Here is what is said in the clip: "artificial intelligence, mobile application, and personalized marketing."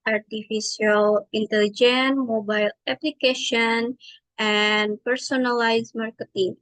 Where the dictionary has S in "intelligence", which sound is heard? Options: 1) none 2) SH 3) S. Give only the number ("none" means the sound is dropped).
1